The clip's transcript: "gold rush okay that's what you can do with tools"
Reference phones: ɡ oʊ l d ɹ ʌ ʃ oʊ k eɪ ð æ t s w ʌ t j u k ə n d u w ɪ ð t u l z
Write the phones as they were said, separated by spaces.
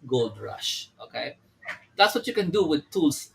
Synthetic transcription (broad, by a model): ɡ oʊ l d ɹ ʌ ʃ oʊ k eɪ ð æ t s w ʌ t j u k ə n d u w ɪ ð t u l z